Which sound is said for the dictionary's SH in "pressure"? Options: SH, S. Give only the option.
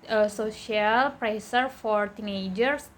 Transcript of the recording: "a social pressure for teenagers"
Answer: S